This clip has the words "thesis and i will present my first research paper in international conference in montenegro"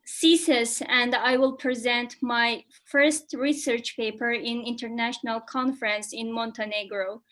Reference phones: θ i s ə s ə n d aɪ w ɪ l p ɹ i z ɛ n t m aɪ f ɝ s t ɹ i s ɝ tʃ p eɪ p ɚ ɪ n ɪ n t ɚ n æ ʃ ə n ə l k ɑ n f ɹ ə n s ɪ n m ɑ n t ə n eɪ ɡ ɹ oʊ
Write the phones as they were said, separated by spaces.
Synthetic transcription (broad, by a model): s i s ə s ə n d aɪ w ɪ l p ɹ i z ɛ n t m aɪ f ɝ s t ɹ i s ɝ tʃ p eɪ p ɚ ɪ n ɪ n t ɚ n æ ʃ ə n ə l k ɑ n f ɹ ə n s ɪ n m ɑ n t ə n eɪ ɡ ɹ oʊ